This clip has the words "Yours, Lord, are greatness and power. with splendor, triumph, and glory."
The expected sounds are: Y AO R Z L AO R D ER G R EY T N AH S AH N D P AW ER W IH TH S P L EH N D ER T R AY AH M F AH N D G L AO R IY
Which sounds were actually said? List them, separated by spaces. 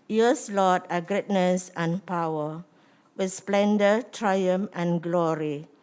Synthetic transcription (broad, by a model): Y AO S L AO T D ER G R EY T N AH S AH N P AW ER W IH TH S P L EH N D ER T R AY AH M AH N G L AO R IY